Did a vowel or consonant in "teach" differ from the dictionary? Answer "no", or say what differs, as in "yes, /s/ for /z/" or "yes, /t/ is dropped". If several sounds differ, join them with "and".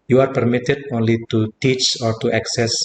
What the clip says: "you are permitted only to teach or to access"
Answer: no